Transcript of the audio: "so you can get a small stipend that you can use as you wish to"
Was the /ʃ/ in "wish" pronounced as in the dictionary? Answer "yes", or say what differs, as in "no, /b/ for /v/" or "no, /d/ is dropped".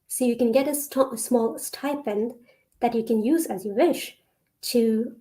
yes